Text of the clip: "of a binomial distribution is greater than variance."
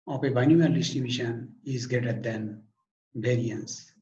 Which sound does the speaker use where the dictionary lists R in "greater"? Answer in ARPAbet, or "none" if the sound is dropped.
none